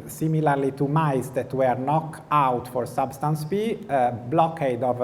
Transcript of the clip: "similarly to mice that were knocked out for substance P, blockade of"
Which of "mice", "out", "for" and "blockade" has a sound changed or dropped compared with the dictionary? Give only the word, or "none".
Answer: none